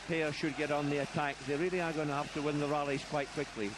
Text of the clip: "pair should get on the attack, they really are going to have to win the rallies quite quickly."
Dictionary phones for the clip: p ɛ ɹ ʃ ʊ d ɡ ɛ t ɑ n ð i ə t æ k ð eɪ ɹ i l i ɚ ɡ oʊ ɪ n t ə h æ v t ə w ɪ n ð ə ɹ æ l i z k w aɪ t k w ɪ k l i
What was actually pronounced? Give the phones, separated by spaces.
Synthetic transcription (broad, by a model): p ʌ ɹ ʃ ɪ d ɡ ɛ t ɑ n ð i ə t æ k ð eɪ ɹ i l i ɚ ɡ oʊ ɪ n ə h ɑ f t ə w ɪ n ð ə ɹ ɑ l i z k w aɪ t k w ɪ k l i